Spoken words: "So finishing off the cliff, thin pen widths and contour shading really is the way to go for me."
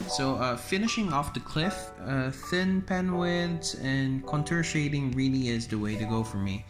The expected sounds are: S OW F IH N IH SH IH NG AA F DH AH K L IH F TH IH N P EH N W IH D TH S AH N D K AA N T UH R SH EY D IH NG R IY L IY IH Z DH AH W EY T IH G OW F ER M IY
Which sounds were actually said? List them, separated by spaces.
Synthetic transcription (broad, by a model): S OW F IH N IH SH IH NG AA F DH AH K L IH F TH IH N P EH N W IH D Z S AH N K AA N T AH R SH EY D IH NG R IY L IY IH Z DH AH W EY T IH G OW F ER M IY